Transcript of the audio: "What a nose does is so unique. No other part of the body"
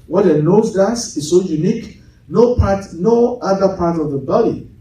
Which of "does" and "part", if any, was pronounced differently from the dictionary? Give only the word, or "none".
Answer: does